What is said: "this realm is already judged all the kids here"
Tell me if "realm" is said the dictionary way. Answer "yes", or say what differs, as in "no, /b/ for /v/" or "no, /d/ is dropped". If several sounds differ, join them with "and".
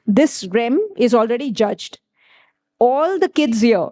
no, /l/ is dropped